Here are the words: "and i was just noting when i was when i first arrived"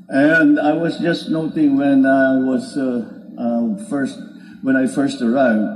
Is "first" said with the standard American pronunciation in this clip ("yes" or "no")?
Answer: yes